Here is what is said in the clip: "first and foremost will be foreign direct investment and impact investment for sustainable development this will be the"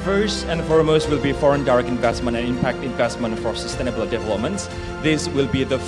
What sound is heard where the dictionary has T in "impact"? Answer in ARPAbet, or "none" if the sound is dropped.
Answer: T